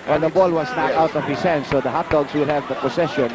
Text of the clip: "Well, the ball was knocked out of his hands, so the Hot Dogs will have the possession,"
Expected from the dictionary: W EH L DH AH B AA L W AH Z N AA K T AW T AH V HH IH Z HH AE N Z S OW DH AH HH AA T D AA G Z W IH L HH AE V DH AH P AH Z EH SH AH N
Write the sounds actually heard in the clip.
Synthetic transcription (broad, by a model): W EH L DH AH B AA L W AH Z N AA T AW T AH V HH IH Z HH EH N S OW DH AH HH AA T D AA G S W IH L HH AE V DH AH P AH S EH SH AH N